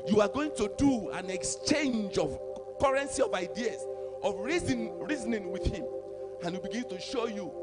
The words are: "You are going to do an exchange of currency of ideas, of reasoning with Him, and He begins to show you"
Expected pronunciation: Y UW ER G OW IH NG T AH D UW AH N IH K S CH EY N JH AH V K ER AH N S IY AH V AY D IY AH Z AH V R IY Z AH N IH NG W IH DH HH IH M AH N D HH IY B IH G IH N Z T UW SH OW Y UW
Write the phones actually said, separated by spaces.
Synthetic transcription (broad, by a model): Y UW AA G OW IH NG T AH D UW AH N IH K S CH EY N JH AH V K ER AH N S IY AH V AY D IY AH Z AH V R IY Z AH N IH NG W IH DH HH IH M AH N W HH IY B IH G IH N T UW SH OW Y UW